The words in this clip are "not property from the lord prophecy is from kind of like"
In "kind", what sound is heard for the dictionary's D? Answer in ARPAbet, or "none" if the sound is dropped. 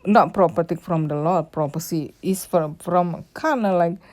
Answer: none